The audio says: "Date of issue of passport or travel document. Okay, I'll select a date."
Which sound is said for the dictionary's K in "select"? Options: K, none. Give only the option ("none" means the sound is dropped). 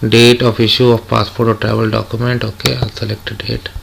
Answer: K